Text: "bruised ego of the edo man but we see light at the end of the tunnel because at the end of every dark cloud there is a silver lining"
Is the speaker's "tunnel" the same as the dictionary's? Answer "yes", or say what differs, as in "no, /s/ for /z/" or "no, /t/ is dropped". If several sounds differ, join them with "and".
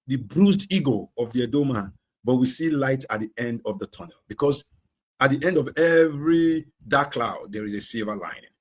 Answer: yes